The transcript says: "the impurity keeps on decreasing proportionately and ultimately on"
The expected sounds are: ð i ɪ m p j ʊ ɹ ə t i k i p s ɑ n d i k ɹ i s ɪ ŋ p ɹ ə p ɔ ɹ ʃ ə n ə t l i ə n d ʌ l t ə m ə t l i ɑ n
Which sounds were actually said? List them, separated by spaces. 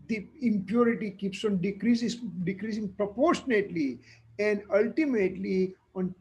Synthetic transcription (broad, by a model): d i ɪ m p j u ɹ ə t i k i p s ɑ n d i k ɹ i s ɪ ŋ p ɹ ə p ɔ ɹ ʃ ə n ə t l i ə n d ʌ l t ə m ə t l i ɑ n